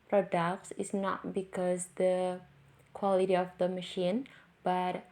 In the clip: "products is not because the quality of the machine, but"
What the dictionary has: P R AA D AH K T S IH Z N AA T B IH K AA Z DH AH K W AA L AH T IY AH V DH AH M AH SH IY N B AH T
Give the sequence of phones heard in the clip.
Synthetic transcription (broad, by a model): P R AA D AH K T S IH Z N AA T B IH K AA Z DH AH K W AA L AH T IY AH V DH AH M AH SH IY N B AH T